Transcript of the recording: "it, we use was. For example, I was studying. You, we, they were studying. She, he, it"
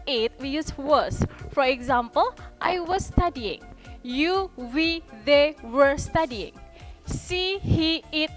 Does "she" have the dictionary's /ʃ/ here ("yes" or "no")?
no